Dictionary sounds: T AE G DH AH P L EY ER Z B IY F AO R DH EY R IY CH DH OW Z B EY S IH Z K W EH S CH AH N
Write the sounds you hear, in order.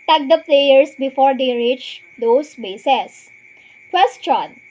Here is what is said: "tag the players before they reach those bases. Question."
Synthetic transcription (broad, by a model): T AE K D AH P L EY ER S B IY F AO R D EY R IY CH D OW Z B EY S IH S K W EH S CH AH N